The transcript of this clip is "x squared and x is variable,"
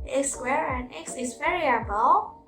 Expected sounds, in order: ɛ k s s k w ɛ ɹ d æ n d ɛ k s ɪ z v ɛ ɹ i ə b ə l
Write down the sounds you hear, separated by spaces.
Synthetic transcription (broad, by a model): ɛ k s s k w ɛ ɹ æ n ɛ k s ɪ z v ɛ ɹ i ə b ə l